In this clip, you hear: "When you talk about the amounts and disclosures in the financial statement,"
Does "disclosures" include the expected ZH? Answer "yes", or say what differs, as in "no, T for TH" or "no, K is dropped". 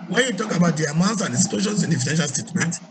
no, SH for ZH